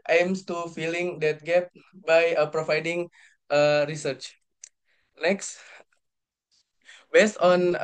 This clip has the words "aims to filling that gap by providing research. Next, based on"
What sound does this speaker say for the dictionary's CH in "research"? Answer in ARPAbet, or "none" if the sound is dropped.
CH